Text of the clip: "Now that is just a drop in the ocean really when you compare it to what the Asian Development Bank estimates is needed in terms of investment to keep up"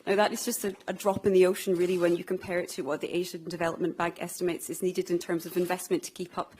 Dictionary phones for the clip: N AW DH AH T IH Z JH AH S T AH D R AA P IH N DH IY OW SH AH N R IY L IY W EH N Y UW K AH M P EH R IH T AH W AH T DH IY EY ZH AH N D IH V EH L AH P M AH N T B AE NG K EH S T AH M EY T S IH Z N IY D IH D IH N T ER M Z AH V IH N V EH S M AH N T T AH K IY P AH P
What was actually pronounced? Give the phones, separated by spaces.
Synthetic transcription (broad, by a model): N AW DH AH T IH Z JH AH S T AH D R AA P IH N DH IY OW SH AH N R IY L IY W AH N Y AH K AH M P EH R IH T AH W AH T DH IY EY ZH AH N D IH V EH L AH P M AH N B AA NG K EH S T AH M EY T S IH Z N IY D IH D IH N T ER M Z AH V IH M V EH S M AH N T T AH K IY P AH P